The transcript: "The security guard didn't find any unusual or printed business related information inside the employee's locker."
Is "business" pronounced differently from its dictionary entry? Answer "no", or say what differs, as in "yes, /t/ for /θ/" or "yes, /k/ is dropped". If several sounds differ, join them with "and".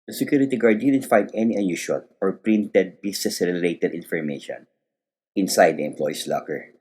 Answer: yes, /s/ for /z/